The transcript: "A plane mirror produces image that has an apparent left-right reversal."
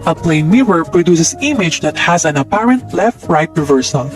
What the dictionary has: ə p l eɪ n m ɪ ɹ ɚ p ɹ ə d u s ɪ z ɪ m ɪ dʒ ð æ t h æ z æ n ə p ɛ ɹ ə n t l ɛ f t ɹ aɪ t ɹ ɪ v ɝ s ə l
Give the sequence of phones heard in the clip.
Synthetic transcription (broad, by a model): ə p l eɪ n m ɪ ɹ ɚ p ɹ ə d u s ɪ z ɪ m ɪ dʒ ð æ t h æ z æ n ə p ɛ ɹ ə n t l ɛ f t ɹ aɪ t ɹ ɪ v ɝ s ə l